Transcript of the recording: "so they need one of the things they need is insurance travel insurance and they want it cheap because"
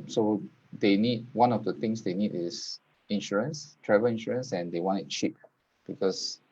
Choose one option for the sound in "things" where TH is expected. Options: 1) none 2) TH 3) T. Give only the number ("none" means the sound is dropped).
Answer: 3